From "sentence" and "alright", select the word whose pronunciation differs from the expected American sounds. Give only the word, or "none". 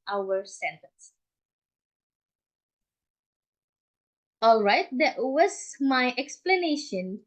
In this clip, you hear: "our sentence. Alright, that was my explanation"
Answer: none